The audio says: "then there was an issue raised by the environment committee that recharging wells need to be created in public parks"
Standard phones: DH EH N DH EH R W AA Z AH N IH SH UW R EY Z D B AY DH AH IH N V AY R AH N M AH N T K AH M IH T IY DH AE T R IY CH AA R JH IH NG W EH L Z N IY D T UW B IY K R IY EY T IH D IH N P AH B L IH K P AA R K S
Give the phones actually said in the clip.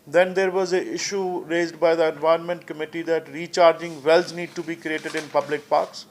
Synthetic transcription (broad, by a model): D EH N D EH R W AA Z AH IH SH UW R EY Z D B AY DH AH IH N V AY AH N M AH N T K AH M IH T IY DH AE T R IY CH AA R JH IH NG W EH L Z N IY D T UW B IY K R IY EY T IH D IH N P AH B L IH K P AA R K S